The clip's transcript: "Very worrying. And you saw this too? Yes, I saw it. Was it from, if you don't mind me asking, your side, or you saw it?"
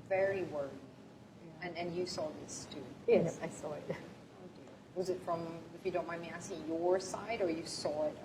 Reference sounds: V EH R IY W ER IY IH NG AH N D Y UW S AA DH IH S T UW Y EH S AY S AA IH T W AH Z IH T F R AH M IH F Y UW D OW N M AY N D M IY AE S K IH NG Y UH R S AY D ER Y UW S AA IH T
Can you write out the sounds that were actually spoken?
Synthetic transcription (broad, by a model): V EH R IY W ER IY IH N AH N Y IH S AA DH IH S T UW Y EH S AY S AA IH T W AH Z IH T F R AH M IH F Y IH D OW N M AY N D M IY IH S IH Y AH R S AY D ER Y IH S AA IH T